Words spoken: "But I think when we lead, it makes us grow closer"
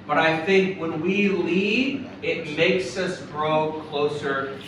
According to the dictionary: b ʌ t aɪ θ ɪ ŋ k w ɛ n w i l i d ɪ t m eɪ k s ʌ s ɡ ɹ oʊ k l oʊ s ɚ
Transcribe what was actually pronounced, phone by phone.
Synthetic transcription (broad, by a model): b ʌ t aɪ θ ɪ ŋ k w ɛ n w i l i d ɪ t m eɪ k s ʌ s ɡ ɹ oʊ k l oʊ s ɚ